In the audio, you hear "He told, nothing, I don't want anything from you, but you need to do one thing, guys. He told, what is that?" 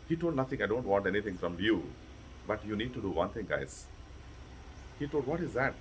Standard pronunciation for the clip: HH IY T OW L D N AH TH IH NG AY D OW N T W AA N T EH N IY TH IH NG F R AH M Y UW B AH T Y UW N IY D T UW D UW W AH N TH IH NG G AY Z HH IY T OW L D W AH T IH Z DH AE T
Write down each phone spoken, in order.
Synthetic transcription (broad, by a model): HH IY T OW L D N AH T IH NG AY D OW N T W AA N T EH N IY T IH NG F R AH M Y UW B AH T Y UW N IY D T UW D UW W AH N T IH NG G AY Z HH IY T OW L D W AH T IH Z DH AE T